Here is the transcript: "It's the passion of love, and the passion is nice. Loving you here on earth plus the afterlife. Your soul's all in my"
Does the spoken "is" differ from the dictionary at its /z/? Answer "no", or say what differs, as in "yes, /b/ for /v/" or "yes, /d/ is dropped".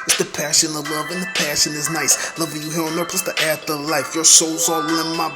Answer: no